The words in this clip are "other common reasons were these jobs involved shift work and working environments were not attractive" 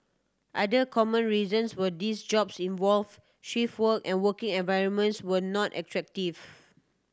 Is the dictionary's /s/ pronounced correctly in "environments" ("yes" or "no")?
yes